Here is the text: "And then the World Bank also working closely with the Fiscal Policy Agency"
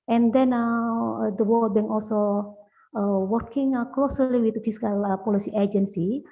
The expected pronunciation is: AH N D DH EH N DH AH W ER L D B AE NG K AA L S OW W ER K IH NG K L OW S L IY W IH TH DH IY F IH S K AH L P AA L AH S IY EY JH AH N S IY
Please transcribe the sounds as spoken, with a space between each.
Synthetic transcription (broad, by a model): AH N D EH N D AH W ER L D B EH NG AA L S OW W ER K IH NG K L OW S L IY W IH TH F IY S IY K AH L P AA L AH S IY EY JH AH N S IY